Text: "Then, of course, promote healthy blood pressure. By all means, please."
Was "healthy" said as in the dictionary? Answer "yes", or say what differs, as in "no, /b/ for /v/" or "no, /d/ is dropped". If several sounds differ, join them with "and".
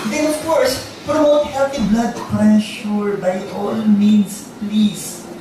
no, /t/ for /θ/